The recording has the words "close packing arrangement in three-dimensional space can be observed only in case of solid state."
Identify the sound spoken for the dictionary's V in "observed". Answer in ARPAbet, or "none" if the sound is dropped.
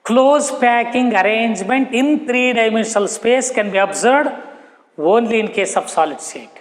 none